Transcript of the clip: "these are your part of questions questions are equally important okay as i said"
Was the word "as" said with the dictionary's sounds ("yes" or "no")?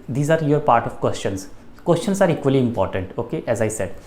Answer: yes